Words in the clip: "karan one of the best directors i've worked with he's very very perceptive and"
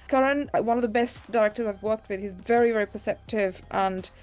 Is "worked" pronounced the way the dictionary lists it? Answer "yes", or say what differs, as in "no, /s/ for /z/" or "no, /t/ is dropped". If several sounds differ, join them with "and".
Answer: yes